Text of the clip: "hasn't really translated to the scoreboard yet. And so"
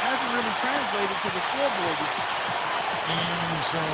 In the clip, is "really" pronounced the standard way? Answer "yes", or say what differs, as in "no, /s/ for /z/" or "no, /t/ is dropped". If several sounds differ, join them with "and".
no, /n/ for /l/